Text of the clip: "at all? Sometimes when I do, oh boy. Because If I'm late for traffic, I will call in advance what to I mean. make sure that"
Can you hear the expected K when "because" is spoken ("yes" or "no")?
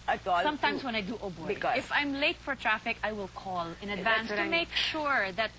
no